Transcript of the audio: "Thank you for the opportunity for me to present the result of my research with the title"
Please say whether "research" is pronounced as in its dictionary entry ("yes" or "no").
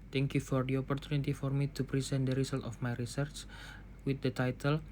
yes